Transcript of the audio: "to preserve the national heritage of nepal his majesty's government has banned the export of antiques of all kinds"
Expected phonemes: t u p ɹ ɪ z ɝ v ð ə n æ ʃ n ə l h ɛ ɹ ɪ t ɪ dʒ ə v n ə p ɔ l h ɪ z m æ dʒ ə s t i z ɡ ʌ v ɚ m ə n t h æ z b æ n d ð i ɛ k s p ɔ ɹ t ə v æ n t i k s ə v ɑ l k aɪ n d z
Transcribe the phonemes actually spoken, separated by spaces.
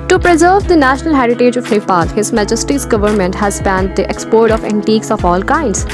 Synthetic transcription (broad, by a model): t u p ɹ ɪ z ɝ v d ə n æ ʃ n ə l h ɛ ɹ ɪ t ɪ dʒ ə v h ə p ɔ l h ɪ z m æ dʒ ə s t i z ɡ ʌ v ɚ m ə n t h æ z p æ n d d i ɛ k s p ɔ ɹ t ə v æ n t i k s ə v ɑ l k aɪ n d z